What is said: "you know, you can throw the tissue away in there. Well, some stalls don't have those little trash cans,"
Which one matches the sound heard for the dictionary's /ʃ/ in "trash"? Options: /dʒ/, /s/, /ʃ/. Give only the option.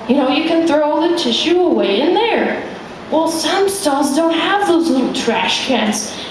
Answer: /ʃ/